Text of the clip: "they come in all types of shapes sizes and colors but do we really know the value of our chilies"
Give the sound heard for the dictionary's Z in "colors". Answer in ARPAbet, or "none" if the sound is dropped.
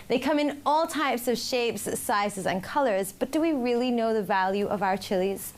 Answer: Z